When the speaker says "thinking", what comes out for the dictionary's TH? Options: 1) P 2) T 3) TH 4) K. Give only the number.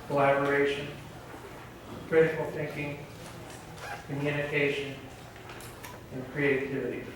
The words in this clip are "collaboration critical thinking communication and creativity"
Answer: 3